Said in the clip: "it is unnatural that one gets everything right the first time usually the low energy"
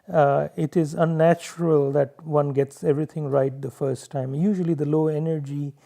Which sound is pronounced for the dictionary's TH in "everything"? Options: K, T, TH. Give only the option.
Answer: T